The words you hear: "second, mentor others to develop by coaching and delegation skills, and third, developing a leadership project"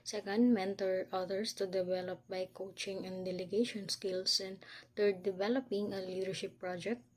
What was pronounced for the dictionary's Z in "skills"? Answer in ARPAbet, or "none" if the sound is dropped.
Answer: S